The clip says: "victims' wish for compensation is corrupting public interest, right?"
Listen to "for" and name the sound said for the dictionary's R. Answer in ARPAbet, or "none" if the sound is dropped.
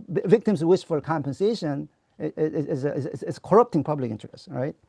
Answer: L